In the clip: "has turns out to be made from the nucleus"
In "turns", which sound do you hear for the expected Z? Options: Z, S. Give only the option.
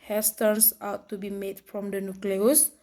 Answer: S